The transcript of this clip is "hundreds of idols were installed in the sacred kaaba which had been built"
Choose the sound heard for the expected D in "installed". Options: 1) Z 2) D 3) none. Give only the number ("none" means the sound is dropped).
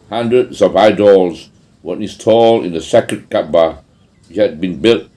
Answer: 3